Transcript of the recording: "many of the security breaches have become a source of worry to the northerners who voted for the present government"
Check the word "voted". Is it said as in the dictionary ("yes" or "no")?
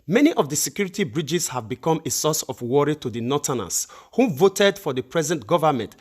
yes